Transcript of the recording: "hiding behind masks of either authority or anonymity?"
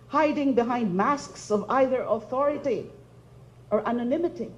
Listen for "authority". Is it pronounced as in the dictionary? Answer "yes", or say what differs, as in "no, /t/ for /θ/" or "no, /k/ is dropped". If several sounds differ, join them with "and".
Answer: yes